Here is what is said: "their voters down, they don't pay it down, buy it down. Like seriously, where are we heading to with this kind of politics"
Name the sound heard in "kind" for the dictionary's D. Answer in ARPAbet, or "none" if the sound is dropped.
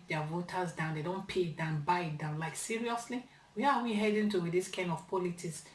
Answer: D